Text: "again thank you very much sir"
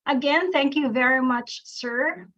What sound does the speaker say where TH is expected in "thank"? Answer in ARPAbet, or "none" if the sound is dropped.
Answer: TH